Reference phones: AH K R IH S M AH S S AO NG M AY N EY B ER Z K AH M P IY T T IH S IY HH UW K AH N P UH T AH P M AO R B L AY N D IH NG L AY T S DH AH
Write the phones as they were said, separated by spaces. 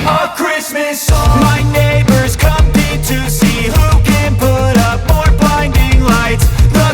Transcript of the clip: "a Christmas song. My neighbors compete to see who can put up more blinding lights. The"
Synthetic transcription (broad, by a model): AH K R IH S M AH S S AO M AY N EY B ER Z K AH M IH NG T IH S IY HH UW K AH N P UH T AH P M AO R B AY N D IH NG L AY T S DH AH